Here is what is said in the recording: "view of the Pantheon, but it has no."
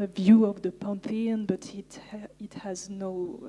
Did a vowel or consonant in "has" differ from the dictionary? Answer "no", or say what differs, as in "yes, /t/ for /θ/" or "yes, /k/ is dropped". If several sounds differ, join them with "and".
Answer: no